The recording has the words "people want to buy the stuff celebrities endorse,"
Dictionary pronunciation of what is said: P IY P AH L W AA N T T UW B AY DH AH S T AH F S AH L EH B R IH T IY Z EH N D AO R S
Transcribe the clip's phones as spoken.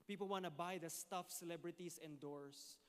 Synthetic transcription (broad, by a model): P IY P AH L W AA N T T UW B AY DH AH S T AH F S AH L EH B R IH T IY S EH N D AO R S